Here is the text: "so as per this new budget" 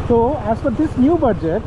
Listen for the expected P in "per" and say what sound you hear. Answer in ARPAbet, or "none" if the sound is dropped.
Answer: F